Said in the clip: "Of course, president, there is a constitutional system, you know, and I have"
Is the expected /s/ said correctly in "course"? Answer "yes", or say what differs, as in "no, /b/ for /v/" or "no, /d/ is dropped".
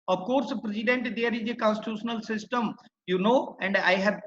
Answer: yes